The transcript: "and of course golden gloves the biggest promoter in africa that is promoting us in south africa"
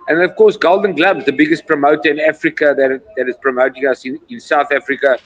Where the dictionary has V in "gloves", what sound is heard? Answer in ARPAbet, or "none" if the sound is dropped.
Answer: B